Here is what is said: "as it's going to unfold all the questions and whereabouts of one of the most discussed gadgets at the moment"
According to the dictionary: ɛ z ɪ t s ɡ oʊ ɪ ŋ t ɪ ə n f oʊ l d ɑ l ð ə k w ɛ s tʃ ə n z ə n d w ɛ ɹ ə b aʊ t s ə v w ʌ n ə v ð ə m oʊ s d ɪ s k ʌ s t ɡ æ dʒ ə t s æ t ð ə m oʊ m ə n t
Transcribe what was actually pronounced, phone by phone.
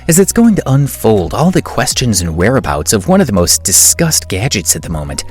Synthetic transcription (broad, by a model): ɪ z ɪ t s ɡ oʊ ɪ ŋ t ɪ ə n f oʊ l d ɑ l ð ə k w ɛ s tʃ ə n z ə n w ɛ ɹ ə b aʊ t s ə v w ʌ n ə v ð ə m oʊ s d ɪ s k ʌ s t ɡ æ dʒ ə t s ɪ t ð ə m oʊ m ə n t